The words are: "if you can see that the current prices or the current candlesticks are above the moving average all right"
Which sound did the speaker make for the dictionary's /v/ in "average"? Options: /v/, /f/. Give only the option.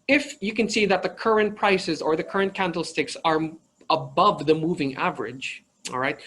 /v/